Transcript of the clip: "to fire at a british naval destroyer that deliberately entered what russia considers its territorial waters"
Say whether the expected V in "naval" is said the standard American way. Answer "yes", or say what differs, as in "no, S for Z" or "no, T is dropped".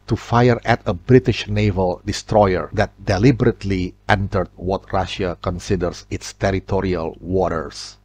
yes